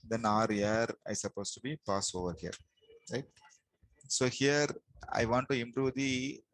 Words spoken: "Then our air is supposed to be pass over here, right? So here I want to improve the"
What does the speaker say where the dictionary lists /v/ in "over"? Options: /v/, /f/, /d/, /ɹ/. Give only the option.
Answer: /v/